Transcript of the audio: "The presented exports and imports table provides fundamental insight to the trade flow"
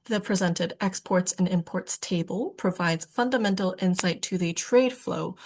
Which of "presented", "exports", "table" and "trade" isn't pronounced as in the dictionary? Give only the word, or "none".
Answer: none